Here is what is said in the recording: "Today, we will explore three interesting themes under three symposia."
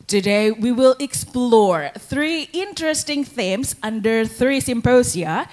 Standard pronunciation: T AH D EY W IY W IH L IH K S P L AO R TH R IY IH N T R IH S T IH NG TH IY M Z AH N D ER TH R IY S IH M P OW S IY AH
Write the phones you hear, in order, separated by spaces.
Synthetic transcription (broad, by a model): T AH D EY W IY W IH L IH K S P L AO R TH R IY IH N T R IH S T IH NG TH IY M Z AH N D ER TH R IY S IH M P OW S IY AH